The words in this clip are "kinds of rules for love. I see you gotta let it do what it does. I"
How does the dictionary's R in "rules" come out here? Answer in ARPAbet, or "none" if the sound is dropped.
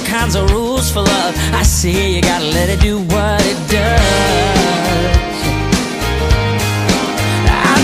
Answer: R